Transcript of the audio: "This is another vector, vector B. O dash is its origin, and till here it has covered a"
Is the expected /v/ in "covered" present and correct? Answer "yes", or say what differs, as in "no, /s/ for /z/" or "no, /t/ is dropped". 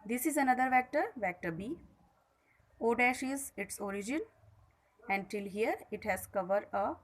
yes